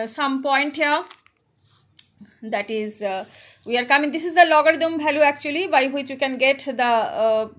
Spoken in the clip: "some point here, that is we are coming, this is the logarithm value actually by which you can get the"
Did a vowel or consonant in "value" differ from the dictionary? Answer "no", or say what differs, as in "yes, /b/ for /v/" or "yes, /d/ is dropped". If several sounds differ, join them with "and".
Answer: yes, /b/ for /v/